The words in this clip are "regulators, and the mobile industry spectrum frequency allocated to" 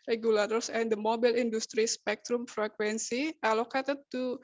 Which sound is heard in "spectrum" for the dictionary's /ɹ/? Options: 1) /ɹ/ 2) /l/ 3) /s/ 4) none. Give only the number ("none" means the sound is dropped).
1